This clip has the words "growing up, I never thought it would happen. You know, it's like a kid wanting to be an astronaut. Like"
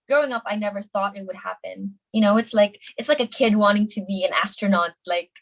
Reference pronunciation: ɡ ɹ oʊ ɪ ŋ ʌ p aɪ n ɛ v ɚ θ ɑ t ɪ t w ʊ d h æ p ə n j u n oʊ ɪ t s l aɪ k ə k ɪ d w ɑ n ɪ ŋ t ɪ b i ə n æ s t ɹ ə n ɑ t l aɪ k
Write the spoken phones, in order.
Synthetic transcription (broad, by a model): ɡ ɹ oʊ ɪ ŋ ʌ p aɪ n ɛ v ɚ θ ɑ t ɪ t w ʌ d h æ p ə n j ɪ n oʊ ɪ t s l aɪ k ə k ɪ d w ɑ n ɪ ŋ t ɪ b i ə n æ s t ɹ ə n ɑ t l aɪ k